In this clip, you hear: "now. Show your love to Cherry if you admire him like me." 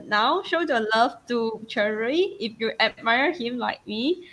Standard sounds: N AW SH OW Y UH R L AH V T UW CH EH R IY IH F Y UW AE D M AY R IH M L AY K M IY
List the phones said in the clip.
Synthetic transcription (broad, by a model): N AW SH OW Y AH L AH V T UW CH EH R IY IH F Y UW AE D M AY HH IH M L AY K M IY